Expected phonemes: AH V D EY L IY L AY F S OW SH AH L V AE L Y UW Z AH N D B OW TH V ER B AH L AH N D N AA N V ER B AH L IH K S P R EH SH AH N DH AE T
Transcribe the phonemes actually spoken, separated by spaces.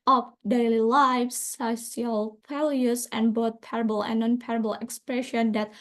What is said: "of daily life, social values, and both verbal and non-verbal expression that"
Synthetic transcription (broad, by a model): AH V D EY L IY L AY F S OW S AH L F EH L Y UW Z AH N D B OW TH P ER B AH L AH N N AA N P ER B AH L IH K S P R EH SH AH N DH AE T